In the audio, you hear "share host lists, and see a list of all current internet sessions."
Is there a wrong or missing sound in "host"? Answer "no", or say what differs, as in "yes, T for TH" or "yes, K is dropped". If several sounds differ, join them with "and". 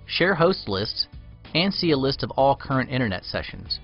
no